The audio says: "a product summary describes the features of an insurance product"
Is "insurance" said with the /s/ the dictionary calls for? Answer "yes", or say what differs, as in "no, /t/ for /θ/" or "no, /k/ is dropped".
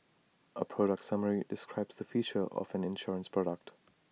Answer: yes